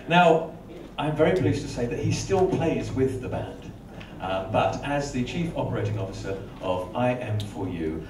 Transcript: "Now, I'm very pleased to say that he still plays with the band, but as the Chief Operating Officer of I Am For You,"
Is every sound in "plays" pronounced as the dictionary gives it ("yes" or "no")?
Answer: yes